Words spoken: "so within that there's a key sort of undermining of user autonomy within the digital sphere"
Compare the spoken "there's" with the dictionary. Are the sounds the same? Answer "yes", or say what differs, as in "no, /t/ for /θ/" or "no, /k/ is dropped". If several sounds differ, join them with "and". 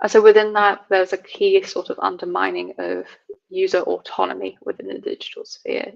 no, /w/ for /ɹ/